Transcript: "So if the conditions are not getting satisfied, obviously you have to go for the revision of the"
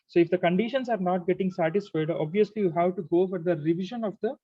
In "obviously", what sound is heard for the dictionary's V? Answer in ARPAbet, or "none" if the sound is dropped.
V